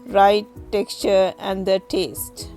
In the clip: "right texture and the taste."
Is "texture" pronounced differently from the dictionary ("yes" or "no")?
no